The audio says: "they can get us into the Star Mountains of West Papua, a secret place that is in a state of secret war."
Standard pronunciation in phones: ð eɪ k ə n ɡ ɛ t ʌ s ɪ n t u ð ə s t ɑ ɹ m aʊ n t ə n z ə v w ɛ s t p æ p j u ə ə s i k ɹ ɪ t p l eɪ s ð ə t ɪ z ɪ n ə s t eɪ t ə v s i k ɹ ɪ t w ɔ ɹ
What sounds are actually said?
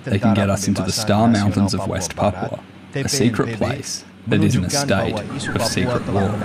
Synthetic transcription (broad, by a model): ð eɪ k n ɡ ɛ t ʌ s ɪ n t u ð ə s t ɑ ɹ m aʊ n t ə n z ə v w ɛ s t p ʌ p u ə ə s i k ɹ ɪ t p l eɪ s ð ə t ɪ z ɪ n ə s t eɪ t ə v s i k ɹ ɪ t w ɔ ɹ